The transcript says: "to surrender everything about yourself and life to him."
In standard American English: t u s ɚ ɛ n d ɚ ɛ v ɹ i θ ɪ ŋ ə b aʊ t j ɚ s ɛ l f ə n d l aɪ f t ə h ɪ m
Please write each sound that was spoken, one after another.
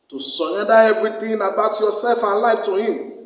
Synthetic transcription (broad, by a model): t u s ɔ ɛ d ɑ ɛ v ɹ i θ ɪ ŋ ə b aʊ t j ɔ s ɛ l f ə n l aɪ f t ə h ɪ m